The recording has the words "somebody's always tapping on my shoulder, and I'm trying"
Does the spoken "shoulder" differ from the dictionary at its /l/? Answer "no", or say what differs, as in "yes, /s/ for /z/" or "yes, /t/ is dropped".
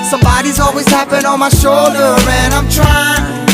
no